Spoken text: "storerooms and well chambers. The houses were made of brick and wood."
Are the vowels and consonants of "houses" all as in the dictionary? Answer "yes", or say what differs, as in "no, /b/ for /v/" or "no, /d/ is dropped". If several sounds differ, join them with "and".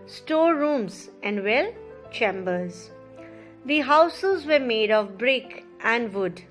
yes